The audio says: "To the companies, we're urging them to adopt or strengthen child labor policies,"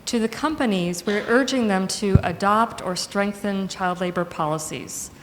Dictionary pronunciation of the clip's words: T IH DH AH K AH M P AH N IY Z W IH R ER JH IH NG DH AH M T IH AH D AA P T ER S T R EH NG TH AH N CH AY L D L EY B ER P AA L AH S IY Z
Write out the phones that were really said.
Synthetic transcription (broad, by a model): T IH DH AH K AH M P AH N IY Z W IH R ER JH IH NG DH AH M T IH AH D AA P T ER S T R EH NG TH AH N CH AY L D L EY B ER P AA L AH S IY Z